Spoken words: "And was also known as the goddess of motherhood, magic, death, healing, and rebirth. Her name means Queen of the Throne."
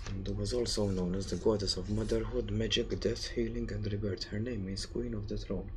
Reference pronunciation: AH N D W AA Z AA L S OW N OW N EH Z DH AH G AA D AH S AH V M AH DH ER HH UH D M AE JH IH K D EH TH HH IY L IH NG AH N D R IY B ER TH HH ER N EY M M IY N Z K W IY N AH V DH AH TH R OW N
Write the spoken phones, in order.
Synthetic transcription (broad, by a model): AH N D W AA Z AA L S OW N OW N EH Z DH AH G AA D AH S AH V M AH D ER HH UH D M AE JH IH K D EH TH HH IY L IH NG AH N D R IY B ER T HH ER N EY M M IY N S K W IY N AH V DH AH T R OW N